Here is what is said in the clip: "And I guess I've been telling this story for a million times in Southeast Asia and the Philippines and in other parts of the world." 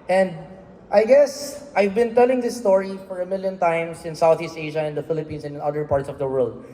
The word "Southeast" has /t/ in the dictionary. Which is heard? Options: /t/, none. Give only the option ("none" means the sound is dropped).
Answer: /t/